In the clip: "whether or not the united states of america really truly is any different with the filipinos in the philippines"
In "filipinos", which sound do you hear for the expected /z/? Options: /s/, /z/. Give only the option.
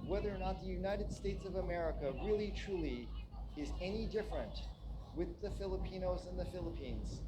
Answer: /z/